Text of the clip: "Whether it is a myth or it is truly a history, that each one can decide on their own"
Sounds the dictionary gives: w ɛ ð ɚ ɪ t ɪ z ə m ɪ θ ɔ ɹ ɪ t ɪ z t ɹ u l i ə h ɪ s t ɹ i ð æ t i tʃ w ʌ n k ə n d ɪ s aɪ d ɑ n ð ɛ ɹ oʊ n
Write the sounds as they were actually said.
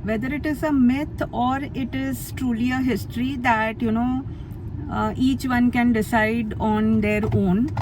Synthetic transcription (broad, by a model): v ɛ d ɚ ɪ t ɪ z ə m ɪ t ɔ ɹ ɪ t ɪ z t ɹ u l i ə h ɪ s t ɹ i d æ t i tʃ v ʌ n k ə n d ɪ s aɪ d ɑ n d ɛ ɹ oʊ n